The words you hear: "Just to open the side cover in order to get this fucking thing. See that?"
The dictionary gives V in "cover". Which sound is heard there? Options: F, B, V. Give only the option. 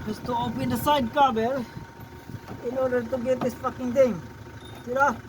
B